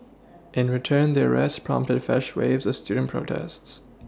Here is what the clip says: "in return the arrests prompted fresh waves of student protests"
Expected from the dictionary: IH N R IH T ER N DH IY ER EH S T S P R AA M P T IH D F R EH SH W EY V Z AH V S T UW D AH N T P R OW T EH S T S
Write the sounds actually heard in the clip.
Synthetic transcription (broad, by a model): IH N R IH T ER N DH IY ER EH S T P R AA M P T IH D F EH SH W EY V Z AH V S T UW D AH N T P R OW T EH S T S